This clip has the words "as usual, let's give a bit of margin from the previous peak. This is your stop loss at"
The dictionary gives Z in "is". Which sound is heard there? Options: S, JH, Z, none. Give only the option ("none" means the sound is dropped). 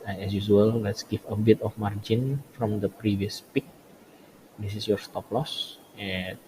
S